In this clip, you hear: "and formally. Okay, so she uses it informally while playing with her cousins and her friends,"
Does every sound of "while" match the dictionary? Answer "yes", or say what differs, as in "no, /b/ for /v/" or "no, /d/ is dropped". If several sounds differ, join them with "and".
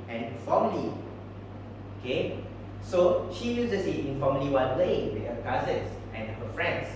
no, /n/ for /l/